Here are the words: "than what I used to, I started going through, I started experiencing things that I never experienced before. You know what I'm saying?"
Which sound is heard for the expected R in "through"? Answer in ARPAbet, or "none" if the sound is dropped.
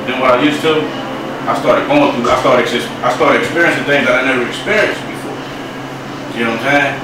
none